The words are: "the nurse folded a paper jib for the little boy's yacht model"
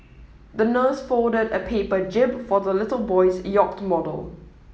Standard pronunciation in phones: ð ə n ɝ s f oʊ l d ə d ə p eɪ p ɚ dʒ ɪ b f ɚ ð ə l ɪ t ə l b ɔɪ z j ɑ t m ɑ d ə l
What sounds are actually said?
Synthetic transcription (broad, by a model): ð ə n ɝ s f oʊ d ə d ə p eɪ p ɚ dʒ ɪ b f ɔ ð ə l ɪ t ə l b ɔɪ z j ɑ t m ɑ d ə l